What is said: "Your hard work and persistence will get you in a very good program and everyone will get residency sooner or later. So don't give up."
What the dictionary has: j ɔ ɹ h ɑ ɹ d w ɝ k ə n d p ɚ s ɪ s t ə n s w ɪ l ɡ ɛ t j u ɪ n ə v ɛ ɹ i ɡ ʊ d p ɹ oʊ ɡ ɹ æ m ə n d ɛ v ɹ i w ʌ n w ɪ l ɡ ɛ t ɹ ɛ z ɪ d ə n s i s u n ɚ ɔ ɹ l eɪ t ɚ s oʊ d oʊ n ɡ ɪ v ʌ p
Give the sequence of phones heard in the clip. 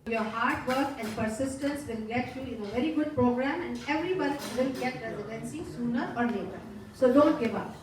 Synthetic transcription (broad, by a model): j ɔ ɹ h ɑ ɹ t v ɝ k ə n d p ɚ s ɪ s t ə n s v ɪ l ɡ ɛ t j u ɪ n ə v ɛ ɹ i ɡ ʊ d p ɹ oʊ ɡ ɹ æ m ə n d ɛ v ɹ i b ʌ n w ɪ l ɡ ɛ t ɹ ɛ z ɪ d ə n s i s u n ɚ ɔ ɹ n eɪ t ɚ s oʊ d oʊ n ɡ ɪ v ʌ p